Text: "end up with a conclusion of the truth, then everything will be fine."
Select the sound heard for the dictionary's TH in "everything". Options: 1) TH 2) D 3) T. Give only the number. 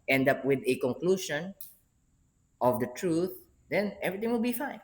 3